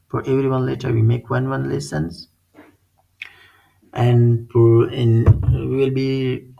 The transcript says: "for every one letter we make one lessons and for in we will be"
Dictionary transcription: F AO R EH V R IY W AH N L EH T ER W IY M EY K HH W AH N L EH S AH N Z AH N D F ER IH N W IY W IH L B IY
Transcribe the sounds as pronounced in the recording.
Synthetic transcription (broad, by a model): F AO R EH V R IY W AH N L EH T ER W IY M EY K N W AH N L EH S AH N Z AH N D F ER IH N W IY W IH L B IY